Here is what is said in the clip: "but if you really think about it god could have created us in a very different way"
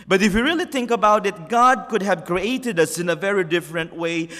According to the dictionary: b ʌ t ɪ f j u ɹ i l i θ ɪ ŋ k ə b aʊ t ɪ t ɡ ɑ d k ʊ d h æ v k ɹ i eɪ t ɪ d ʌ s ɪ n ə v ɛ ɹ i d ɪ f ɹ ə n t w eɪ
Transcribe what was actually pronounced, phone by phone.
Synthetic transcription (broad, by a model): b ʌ t ɪ f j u ɹ i l i θ ɪ ŋ k ə b aʊ t ɪ t ɡ ɑ d k ʊ d h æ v k ɹ i eɪ t ɪ d ʌ s ɪ n ə v ɛ ɹ i d ɪ f ɹ ə n t w eɪ